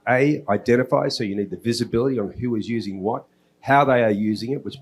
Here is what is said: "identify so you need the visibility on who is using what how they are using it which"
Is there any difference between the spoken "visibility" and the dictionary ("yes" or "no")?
no